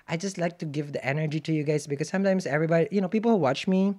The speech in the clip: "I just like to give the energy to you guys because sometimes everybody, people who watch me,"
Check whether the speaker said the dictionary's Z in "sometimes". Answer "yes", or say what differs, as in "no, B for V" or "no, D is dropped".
no, S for Z